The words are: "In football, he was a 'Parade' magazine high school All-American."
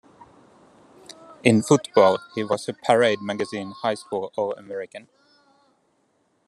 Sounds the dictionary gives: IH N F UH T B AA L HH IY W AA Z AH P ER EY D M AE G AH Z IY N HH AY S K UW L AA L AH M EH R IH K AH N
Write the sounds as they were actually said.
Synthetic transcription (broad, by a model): IH N F UH T B AA L HH IY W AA S AH P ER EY D M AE G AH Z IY N HH AY S K UW L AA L AH M EH R IH K AH N